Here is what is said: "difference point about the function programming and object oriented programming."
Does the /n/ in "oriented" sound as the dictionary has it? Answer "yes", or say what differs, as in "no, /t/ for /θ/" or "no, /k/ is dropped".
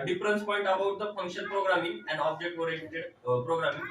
no, /n/ is dropped